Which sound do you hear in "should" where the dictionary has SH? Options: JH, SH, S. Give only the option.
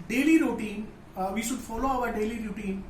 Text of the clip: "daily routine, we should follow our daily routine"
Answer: SH